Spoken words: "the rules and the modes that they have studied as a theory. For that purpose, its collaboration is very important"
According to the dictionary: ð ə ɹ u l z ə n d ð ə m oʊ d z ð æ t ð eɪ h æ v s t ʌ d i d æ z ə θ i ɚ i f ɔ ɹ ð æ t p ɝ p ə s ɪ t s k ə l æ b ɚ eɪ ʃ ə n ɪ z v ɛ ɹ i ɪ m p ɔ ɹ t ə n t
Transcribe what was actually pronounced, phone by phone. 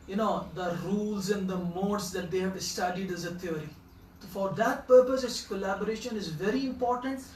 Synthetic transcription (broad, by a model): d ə ɹ u l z ə n d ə m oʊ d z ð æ t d eɪ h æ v s t ʌ d i d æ z ə t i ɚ i f ɔ ɹ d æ t p ɝ p ə s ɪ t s k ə l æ b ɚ eɪ ʃ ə n ɪ z v ɛ ɹ i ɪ m p ɔ ɹ t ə n t